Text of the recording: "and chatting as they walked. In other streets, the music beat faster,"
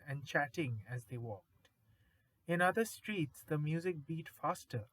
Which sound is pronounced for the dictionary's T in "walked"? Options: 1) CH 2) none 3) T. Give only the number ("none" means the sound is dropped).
3